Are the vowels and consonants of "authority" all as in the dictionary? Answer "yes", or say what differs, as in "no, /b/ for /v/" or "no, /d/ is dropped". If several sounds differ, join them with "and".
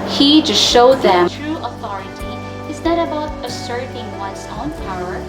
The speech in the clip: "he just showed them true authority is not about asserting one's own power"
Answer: yes